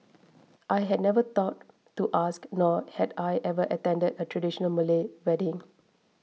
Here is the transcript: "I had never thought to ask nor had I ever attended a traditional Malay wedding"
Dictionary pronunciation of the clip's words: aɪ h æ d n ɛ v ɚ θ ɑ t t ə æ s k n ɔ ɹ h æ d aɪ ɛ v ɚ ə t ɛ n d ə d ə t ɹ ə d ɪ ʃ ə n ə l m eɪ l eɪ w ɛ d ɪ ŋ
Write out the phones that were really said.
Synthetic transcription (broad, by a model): aɪ h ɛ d n ɛ v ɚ t ɑ t t ə s k n ɔ h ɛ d aɪ ɛ v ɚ ə t ɛ n d ə d ə t ɹ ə d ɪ ʃ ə n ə l m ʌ l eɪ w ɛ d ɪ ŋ